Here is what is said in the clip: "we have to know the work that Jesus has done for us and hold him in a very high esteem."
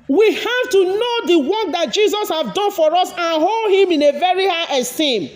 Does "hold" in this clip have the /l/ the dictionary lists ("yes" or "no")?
yes